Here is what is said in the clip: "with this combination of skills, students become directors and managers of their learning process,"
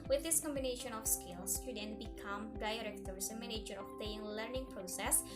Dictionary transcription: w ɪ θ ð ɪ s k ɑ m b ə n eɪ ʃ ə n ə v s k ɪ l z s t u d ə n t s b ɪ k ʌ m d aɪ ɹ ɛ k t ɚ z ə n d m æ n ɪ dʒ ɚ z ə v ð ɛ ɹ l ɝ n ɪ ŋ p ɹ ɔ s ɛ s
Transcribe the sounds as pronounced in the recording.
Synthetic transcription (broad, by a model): w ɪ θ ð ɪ s k ɑ m b ə n eɪ ʃ ə n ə f s k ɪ l s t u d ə n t b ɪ k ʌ m d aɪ ɹ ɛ k t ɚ s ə m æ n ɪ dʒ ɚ ə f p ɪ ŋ l ɝ n ɪ ŋ p ɹ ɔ s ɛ s